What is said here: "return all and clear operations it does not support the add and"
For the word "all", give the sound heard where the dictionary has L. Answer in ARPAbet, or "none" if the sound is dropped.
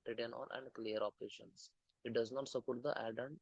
N